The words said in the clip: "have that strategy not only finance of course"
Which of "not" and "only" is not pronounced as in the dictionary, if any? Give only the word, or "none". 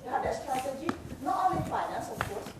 only